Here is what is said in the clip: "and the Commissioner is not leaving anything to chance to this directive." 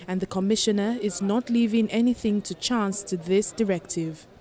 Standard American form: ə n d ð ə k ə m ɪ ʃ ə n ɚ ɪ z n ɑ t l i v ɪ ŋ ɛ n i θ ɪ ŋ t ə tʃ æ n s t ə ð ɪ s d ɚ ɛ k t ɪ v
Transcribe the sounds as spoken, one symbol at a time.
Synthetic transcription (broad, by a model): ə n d ð ə k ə m ɪ ʃ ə n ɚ ɪ z n ɑ t l i v ɪ ŋ ɛ n i θ ɪ ŋ t ə tʃ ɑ n s t ə ð ɪ s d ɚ ɛ k t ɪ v